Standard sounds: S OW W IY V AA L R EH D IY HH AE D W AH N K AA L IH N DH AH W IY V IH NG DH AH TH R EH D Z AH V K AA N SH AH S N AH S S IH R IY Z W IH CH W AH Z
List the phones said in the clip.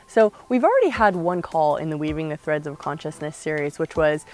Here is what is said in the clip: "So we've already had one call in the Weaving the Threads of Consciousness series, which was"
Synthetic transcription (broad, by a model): S OW W IY V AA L R EH D IY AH D W AH N K AA L IH N DH AH W IY V IH NG DH AH TH R EH D Z AH V K AA N SH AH S N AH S S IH R IY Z W IH CH W AH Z